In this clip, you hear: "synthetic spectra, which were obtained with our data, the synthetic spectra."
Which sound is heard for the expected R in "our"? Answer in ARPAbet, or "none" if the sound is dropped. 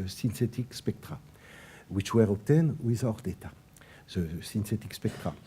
R